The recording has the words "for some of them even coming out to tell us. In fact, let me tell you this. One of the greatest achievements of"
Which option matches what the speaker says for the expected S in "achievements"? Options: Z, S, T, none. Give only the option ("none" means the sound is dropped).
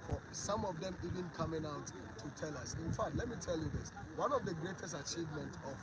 none